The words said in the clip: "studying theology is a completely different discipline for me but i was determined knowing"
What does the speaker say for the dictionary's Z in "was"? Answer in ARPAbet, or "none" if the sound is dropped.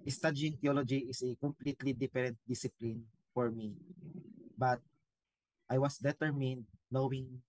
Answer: S